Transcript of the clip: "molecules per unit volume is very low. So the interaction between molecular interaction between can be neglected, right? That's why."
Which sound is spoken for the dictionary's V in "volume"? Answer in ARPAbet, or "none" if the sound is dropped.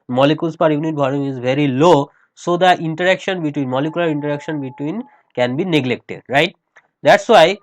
B